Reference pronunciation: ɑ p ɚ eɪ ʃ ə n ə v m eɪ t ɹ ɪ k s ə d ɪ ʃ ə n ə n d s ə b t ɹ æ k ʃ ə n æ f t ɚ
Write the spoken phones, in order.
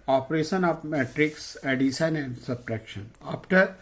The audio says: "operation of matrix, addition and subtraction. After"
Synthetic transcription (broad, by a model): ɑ p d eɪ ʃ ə n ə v m eɪ t ɹ ɪ k s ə d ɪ s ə n ə n d s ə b t ɹ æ k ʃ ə n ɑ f t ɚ